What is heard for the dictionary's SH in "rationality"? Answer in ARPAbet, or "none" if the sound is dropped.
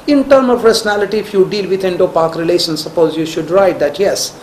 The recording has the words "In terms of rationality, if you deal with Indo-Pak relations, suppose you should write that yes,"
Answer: S